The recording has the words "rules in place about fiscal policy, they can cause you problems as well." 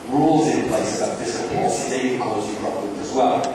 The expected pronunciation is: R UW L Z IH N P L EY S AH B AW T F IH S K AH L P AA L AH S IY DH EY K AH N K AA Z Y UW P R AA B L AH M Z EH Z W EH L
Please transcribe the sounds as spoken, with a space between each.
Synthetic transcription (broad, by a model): R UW L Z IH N P L EY S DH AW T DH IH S AH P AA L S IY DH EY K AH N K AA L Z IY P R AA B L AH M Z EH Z W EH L